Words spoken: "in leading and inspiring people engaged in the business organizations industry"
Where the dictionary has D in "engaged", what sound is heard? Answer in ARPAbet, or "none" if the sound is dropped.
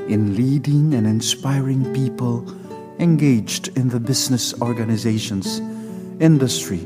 D